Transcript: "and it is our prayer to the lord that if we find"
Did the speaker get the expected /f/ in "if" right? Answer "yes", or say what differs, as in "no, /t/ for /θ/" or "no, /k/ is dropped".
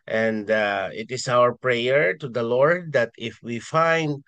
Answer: yes